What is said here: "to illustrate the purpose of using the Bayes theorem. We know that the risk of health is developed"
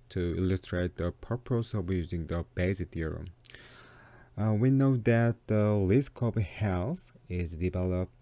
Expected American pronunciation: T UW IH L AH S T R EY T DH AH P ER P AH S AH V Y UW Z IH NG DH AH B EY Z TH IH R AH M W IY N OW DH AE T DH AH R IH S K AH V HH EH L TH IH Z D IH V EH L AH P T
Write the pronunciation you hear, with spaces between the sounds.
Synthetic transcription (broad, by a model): T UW IH L AH S T R EY T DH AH P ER P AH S AH V Y UW Z IH NG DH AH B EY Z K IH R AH W IY N OW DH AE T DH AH L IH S K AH B HH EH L S IH Z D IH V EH L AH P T